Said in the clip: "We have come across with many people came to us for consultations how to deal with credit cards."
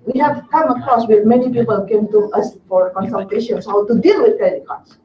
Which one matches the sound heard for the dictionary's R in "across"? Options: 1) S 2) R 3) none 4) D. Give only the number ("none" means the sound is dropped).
3